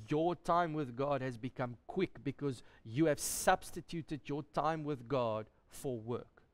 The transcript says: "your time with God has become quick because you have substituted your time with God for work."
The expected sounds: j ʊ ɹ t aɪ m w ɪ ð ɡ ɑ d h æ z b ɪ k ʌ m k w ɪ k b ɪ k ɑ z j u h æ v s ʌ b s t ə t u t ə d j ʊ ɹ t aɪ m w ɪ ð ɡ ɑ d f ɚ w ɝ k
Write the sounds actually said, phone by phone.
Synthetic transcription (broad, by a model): j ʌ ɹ t aɪ m w ɪ ð ɡ ɑ d h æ z b ɪ k ʌ m k w ɪ k b ɪ k ɑ z j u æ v s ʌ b s t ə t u t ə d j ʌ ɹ t aɪ m w ɪ ð ɡ ɑ d f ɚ w ɝ k